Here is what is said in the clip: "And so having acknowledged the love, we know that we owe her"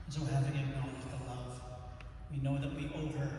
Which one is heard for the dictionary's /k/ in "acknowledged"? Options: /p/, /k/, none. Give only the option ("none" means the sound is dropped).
none